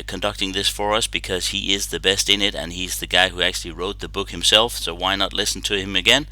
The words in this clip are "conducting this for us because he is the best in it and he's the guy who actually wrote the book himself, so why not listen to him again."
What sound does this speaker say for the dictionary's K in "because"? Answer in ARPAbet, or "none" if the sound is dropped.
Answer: K